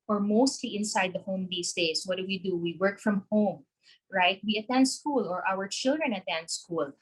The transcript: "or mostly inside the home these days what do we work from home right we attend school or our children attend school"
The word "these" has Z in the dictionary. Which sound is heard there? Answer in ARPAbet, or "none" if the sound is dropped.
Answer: S